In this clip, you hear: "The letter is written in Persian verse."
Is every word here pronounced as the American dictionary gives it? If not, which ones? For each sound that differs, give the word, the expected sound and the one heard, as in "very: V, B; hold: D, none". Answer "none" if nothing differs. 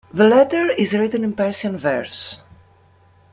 persian: ZH, S